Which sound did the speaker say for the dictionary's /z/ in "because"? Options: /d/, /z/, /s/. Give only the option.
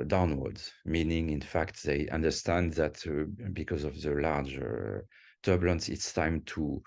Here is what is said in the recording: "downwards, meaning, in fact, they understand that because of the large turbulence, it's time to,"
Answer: /z/